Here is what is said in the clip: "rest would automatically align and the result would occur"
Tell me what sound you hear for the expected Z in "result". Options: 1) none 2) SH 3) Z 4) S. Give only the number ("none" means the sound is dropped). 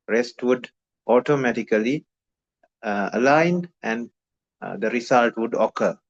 4